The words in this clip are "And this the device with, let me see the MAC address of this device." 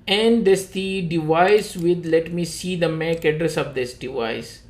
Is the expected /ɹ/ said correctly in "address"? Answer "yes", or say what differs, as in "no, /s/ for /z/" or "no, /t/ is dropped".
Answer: yes